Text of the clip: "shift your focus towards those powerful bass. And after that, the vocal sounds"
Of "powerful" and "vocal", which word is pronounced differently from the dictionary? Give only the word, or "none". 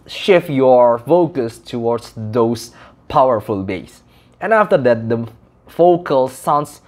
vocal